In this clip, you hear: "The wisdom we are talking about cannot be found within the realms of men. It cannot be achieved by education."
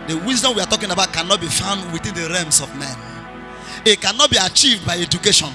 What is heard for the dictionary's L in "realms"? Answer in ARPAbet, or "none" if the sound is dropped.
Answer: none